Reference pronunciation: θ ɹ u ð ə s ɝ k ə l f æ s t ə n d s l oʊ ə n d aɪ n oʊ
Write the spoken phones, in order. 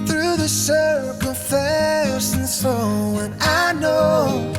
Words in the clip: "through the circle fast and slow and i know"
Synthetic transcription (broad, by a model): θ ɹ u ð ə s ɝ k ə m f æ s ə n s oʊ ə n aɪ n oʊ